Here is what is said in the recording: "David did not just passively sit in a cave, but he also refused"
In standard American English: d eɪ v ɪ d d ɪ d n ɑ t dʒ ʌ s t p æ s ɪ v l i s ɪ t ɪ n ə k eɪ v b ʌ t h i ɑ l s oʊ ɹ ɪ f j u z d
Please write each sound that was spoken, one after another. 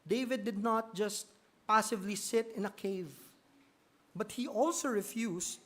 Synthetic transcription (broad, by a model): d eɪ v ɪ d d ɪ d n ɑ t dʒ ʌ s t p æ s ɪ v l i s ɪ t ɪ n ə k eɪ v b ʌ t h i ɑ l s oʊ ɹ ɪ f j u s